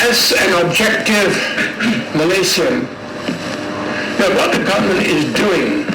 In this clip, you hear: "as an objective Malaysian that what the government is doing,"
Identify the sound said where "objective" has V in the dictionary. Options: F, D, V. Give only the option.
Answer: V